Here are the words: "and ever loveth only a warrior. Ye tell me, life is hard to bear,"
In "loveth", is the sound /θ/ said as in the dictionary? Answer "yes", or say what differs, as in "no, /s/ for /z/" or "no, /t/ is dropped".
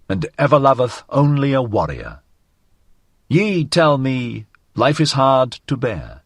yes